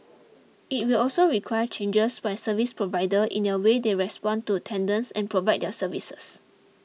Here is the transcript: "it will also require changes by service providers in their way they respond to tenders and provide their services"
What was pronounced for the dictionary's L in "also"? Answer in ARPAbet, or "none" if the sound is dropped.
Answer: L